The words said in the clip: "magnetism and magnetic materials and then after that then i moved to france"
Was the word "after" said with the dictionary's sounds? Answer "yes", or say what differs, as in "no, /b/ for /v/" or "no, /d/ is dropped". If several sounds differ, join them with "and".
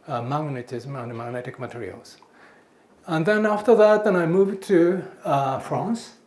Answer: yes